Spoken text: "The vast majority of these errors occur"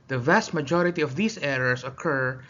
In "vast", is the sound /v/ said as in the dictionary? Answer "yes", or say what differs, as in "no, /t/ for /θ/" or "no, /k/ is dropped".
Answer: yes